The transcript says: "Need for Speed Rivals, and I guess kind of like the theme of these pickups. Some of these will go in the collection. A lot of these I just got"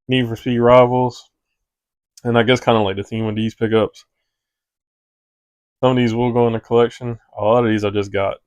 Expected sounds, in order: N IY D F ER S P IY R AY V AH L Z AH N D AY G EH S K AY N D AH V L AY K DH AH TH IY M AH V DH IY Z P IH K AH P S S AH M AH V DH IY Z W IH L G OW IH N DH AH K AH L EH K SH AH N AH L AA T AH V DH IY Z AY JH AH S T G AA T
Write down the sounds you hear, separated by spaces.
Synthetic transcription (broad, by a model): N IY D F ER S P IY R AY V L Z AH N AY G EH S K AY N D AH L AY K DH AH TH IY M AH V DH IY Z P IH K AH P S S AH M AH V DH IY Z W IH L G OW IH N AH K AH L EH K SH AH N AH L AA T AH V DH IY Z AY JH AH S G AA T